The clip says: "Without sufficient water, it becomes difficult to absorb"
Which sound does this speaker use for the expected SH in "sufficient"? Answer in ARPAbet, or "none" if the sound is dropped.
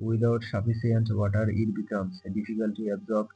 S